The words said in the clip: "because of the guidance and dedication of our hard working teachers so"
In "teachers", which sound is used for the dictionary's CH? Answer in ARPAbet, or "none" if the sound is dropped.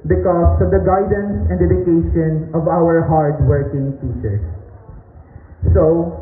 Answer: S